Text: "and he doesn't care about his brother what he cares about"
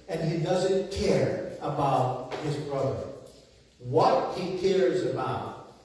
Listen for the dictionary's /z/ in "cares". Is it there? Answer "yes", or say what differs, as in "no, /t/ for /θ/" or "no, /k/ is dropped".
yes